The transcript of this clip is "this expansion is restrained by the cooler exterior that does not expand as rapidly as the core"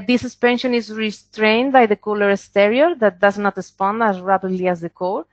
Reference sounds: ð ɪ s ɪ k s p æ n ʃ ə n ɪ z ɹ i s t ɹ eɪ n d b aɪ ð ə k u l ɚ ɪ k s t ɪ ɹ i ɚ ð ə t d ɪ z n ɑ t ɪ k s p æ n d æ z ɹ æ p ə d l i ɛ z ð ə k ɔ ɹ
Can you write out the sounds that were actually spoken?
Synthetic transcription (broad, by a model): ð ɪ s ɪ s p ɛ n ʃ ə n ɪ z ɹ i s t ɹ eɪ n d b aɪ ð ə k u l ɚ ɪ s t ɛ ɹ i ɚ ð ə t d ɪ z n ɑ t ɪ s p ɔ n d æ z ɹ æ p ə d l i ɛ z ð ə k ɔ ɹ